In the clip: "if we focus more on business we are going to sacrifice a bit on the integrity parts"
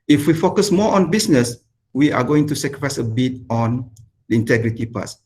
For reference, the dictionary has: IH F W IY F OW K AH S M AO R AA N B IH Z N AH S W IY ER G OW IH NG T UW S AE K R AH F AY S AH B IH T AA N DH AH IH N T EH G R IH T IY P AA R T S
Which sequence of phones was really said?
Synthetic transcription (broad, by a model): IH F W IY F OW K AH S M AO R AA N B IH S N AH S W IY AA G OW IH NG T UW S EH K R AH F AY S AH B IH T AA N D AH IH N T EH G R IH T IY P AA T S